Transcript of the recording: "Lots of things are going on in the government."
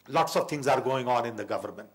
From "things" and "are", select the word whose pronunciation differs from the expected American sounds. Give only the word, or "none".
things